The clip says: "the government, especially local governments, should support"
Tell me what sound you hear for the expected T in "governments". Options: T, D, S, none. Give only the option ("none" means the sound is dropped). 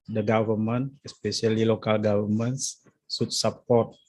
S